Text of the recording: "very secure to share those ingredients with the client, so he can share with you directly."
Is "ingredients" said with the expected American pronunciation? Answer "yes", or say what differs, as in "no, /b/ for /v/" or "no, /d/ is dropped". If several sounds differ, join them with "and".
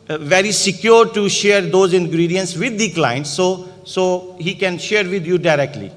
yes